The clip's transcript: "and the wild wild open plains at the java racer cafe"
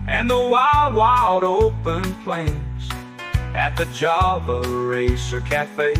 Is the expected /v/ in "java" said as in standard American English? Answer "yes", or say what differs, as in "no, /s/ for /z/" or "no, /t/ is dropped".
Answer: no, /b/ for /v/